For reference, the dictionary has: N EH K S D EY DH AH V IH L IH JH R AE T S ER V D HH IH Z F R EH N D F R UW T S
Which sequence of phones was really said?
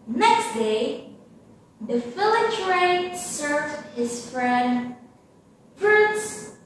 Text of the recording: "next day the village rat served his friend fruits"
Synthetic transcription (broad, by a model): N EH K S D EY DH AH F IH L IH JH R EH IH S ER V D HH IH Z F R EH N D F R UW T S